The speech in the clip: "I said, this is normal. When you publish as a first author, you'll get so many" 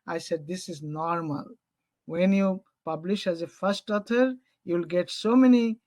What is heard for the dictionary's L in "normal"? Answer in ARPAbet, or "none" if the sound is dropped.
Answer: L